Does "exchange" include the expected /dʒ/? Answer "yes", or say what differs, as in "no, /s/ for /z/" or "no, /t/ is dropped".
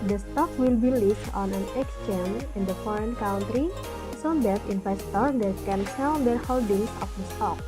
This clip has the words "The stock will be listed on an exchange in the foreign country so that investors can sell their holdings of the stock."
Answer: no, /dʒ/ is dropped